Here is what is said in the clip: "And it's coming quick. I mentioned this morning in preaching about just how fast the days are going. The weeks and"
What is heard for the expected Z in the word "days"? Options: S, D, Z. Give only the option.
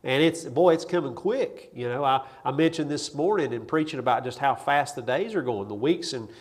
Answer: Z